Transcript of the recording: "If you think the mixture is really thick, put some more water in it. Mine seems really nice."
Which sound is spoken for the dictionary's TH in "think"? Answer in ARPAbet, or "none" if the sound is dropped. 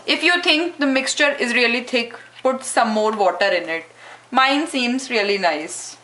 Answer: T